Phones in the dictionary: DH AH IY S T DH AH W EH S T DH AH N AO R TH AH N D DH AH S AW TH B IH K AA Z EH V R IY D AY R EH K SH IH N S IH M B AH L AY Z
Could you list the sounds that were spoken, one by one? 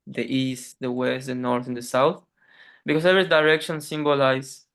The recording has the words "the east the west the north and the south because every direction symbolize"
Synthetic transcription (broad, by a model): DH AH IY S T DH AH W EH S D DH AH N AO R TH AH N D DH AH S AW TH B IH K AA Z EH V IY D AY R EH K SH IH N S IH M B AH L AY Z